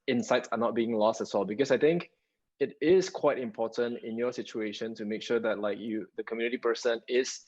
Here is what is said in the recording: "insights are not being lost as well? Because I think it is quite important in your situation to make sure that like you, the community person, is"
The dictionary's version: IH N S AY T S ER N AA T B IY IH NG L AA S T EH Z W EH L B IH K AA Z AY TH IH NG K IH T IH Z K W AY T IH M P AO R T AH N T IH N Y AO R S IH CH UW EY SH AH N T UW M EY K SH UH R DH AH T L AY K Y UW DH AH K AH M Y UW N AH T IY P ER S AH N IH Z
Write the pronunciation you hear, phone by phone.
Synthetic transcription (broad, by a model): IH N S AY T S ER N AA T B IY IH NG L AA S T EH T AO L B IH K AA S AY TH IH NG K IH T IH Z K W AY T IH M P AO T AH N T IH N Y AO S IH CH UW EY SH AH N T UW M EY K SH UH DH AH T L AY K Y UW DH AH K AH M Y UW N AH T IY P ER S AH N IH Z